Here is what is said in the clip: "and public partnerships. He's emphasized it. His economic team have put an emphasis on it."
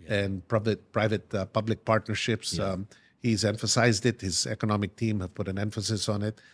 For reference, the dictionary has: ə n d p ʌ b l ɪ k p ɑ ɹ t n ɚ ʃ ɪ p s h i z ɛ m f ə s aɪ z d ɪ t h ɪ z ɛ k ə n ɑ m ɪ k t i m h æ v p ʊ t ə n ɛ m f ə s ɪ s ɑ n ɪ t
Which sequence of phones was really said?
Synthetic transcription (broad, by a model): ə n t p ʌ b l ɪ k p ɑ ɹ t n ɚ ʃ ɪ p s h i z ɛ m f ə s aɪ z d ɪ t h ɪ z ɛ k ə n ɑ m ɪ k t i m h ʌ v p ʊ t ə n ɛ m f ə s ɪ s n ɪ t